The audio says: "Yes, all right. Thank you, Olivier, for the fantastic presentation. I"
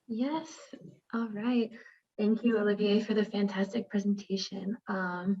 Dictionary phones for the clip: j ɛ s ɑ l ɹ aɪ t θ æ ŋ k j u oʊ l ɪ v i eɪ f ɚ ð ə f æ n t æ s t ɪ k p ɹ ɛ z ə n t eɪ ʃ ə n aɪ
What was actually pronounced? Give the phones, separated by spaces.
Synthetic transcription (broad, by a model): j ɛ s ɑ l ɹ aɪ t θ æ ŋ k j u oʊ l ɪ v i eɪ f ɚ ð ə f æ n t æ s t ɪ k p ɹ ɛ z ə n t eɪ ʃ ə n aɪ